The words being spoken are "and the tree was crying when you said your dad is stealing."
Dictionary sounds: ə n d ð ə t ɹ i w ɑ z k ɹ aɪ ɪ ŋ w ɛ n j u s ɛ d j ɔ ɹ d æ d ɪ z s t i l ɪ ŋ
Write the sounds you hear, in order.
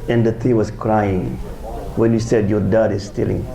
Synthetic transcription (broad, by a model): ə n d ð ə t i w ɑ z k ɹ aɪ ɪ ŋ w ɛ n j u s ɛ d j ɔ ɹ d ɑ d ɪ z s t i l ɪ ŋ